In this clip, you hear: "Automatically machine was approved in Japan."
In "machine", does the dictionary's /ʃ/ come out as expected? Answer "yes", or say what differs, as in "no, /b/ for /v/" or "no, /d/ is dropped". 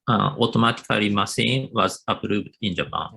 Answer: no, /s/ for /ʃ/